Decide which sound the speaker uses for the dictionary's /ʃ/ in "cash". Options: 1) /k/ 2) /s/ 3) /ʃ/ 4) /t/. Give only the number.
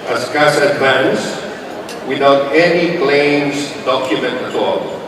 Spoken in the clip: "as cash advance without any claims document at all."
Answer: 2